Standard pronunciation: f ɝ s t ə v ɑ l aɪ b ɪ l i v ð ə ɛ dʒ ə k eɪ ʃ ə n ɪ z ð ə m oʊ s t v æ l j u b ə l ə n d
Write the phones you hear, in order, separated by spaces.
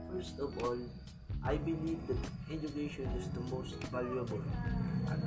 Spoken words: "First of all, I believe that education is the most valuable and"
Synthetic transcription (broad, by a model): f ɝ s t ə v ɑ l aɪ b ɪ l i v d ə ɛ dʒ ə k eɪ ʃ ə n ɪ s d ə m oʊ s t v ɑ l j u ə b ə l